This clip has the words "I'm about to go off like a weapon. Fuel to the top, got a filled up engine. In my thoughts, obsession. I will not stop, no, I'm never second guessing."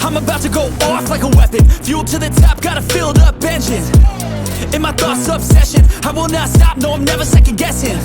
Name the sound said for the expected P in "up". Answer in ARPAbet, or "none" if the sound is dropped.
B